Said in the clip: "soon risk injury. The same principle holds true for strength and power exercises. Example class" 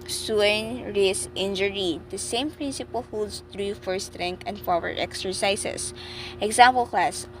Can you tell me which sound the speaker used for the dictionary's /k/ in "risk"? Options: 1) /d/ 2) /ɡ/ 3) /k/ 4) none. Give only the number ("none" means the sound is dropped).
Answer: 4